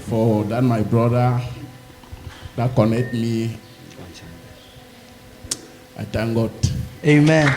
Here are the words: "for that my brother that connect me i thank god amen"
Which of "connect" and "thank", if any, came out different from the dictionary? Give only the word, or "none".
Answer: thank